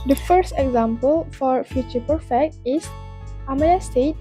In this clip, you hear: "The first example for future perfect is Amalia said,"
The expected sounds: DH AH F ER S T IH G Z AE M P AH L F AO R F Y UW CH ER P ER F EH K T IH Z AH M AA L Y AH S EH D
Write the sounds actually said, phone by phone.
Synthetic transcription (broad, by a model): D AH F ER S T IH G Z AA M P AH L F AO R F Y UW CH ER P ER F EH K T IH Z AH M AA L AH S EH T